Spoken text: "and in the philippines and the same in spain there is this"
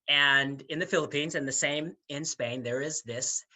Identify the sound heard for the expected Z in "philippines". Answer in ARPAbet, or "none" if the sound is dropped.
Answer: Z